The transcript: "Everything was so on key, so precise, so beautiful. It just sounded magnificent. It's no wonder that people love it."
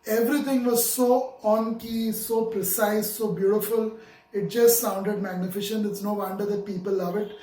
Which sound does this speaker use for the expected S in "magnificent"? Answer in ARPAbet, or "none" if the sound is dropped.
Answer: SH